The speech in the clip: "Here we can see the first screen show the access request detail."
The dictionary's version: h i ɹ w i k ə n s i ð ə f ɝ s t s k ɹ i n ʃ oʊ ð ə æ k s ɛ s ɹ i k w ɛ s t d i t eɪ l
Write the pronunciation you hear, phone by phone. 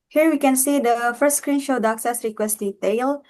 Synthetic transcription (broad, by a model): h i ɹ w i k ə n s i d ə f ɝ s t s k ɹ i n ʃ oʊ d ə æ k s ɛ s ɹ i k w ɛ s t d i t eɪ l